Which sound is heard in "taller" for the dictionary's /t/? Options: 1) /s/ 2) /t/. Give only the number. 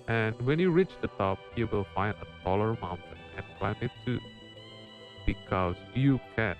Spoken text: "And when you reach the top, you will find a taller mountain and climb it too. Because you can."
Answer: 1